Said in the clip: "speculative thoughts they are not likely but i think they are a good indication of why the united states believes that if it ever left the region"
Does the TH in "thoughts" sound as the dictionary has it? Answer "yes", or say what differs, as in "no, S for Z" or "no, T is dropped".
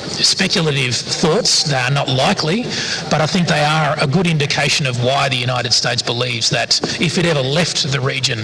yes